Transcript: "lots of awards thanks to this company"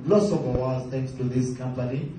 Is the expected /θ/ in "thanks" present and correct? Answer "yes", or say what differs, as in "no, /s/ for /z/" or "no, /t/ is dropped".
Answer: no, /t/ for /θ/